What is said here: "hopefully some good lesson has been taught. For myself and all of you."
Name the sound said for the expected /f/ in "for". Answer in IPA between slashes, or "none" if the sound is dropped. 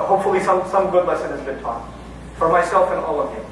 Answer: /f/